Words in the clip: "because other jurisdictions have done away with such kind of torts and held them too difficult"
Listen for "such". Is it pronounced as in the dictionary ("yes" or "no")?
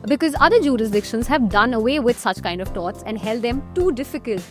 yes